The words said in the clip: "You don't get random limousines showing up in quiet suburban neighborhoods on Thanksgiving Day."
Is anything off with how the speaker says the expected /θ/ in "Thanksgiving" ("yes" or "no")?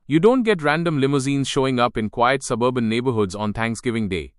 yes